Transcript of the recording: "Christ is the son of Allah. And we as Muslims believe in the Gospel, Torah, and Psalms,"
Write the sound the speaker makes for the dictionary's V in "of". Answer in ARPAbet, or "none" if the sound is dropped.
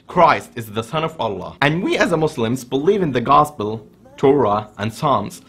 V